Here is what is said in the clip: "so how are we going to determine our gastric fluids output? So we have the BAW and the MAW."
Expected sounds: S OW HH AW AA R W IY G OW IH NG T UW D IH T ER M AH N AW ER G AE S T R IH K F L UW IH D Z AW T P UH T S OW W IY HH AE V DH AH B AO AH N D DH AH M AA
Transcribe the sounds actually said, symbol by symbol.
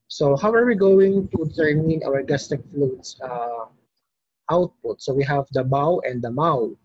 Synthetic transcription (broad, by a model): S OW HH AW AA R W IY G OW IH NG T UW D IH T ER M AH N AW ER G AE S T IH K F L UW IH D AW T P UH T S OW W IY HH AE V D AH B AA AH N D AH M AA